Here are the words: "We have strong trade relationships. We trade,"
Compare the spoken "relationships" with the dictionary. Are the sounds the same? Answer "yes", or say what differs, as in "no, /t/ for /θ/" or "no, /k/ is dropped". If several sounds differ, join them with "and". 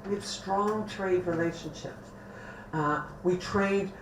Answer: no, /s/ is dropped